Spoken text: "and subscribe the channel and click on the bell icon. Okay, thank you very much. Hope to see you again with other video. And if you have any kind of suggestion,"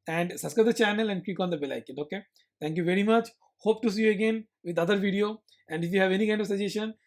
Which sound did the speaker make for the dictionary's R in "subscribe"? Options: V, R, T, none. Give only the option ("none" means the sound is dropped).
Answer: none